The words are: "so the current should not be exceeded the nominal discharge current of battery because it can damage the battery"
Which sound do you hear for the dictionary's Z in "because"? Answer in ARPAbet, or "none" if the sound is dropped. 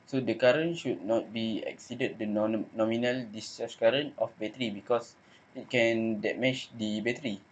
S